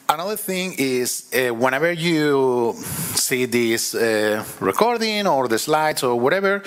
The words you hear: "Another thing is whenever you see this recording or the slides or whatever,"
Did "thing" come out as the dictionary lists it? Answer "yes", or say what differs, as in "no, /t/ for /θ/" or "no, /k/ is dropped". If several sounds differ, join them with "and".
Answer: yes